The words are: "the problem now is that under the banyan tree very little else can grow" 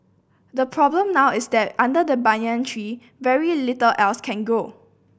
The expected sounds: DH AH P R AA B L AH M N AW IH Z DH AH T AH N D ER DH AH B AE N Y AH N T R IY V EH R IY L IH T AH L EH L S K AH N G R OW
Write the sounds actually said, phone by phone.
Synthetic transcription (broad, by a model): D AH P R AA B L AH M N AW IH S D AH T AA N D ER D AH B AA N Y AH N T R IY V EH R IY L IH T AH L EH L S K AH N G OW